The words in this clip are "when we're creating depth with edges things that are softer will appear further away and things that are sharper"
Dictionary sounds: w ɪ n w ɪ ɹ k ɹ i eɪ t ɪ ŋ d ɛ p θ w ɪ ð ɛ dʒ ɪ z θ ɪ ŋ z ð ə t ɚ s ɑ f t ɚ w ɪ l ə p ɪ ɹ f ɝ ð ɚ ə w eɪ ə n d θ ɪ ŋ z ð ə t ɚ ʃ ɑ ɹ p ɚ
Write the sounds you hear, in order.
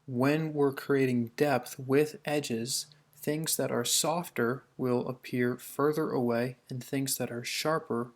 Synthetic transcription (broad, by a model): w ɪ n w ɪ ɹ k ɹ i eɪ t ɪ ŋ d ɛ p θ w ɪ ð ɛ dʒ ɪ z θ ɪ ŋ z ð ə t ɚ s ɑ f t ɚ w ɪ l ə p ɪ ɹ f ɝ ð ɚ ə w eɪ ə n θ ɪ ŋ z ð ə t ɚ ʃ ɑ ɹ p ɚ